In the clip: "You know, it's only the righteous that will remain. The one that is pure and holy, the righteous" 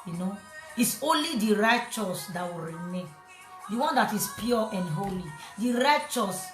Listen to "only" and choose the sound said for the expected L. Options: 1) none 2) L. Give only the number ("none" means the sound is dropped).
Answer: 2